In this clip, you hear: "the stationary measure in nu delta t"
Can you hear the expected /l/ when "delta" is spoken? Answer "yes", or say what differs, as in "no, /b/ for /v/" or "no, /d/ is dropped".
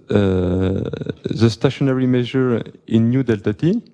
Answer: yes